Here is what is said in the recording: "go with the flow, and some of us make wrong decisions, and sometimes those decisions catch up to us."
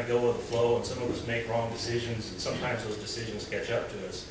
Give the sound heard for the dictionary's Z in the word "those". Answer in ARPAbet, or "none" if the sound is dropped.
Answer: Z